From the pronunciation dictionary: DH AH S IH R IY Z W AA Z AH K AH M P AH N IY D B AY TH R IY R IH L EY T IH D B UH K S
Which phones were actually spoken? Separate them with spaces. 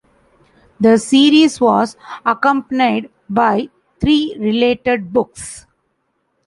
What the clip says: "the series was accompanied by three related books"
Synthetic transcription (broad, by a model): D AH S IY R IY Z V AA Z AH K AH M P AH N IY D B AY T R IY R IH L EY T IH D B UH K S